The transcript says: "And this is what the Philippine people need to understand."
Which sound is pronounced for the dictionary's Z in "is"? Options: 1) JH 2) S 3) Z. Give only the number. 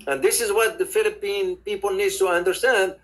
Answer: 3